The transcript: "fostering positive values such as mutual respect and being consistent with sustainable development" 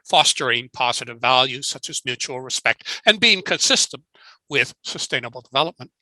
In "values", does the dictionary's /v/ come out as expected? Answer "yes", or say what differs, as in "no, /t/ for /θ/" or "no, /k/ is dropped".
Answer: yes